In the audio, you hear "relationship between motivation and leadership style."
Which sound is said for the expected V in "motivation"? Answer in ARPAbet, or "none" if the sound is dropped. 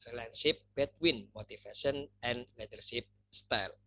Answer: F